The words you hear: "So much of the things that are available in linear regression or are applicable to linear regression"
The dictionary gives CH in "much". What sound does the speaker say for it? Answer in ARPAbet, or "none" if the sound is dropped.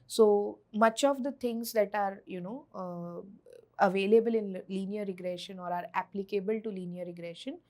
CH